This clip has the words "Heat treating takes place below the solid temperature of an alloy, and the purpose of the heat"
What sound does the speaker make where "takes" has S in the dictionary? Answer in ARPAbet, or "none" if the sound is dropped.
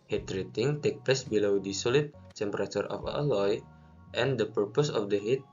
none